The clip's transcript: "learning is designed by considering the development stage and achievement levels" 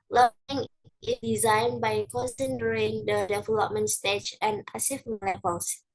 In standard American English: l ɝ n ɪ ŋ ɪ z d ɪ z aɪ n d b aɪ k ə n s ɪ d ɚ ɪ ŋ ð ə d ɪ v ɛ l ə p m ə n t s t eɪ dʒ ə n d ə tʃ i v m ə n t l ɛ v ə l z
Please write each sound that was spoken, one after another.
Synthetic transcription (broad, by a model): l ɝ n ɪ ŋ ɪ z d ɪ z aɪ n b aɪ k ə n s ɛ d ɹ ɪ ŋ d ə d ɪ v ɛ l ə p m ə n t s t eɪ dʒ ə n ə s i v m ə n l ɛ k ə l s